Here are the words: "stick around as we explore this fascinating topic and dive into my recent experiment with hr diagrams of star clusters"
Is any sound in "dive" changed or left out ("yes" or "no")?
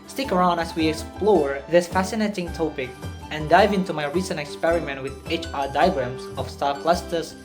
no